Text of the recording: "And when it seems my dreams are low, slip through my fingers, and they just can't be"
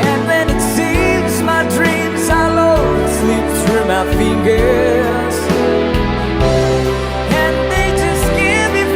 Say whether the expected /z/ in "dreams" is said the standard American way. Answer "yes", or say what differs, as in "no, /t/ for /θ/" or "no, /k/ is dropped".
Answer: yes